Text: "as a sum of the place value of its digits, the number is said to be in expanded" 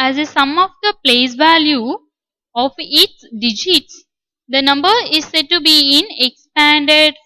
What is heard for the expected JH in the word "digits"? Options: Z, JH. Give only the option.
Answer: JH